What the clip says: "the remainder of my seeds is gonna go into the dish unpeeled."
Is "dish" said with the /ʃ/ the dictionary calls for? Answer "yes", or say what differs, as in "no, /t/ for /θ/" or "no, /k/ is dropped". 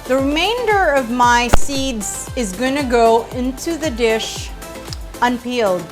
yes